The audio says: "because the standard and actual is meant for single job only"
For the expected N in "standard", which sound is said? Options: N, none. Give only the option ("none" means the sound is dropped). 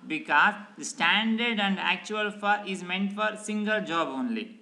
N